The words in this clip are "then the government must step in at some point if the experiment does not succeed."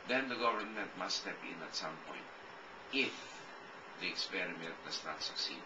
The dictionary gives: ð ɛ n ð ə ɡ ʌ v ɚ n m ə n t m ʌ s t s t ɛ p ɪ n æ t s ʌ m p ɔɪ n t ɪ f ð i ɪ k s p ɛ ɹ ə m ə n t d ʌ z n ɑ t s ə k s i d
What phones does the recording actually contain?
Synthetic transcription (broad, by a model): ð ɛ n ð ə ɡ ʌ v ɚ n m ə n t m ʌ s t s t ɛ p ɪ n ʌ t s ʌ m p ɔɪ n t ɪ f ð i ɪ k s p ɛ ɹ ə m ə n t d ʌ s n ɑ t s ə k s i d